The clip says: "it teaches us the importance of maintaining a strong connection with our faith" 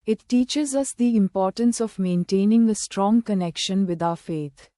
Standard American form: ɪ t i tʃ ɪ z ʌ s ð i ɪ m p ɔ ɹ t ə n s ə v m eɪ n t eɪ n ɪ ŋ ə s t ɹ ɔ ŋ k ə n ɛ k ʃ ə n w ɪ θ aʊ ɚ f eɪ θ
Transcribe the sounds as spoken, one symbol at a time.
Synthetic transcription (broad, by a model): ɪ t i tʃ ɪ z ʌ s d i ɪ m p ɔ ɹ t ə n s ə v m eɪ n t eɪ n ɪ ŋ ə s t ɹ ɔ ŋ k ə n ɛ k ʃ ə n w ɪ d aʊ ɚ f eɪ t